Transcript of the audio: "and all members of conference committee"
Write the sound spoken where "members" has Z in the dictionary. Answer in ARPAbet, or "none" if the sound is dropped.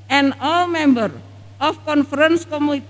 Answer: none